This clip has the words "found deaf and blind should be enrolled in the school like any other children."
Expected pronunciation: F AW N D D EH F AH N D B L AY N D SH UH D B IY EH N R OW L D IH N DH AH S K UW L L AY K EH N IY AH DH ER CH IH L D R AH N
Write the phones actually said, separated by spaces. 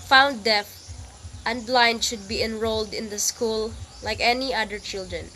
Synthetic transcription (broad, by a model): F AW N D D EH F AH N D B L AY N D SH UH D B IY EH N R OW L D IH N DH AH S K UW L L AY K EH N IY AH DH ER CH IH L D R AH N